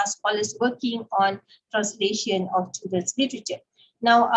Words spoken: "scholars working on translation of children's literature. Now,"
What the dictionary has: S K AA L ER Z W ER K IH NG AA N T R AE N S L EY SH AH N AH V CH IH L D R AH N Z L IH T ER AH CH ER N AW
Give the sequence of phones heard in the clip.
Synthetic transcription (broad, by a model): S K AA L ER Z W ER K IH NG AA N T R AE N S L EY SH AH N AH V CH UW D AH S L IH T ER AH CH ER N AW